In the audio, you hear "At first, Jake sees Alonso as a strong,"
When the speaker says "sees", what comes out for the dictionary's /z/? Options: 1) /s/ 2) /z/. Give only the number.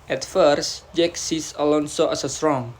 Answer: 1